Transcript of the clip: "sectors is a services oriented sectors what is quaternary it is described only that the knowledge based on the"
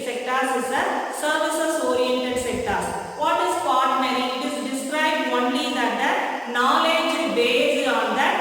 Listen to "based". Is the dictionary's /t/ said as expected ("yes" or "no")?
no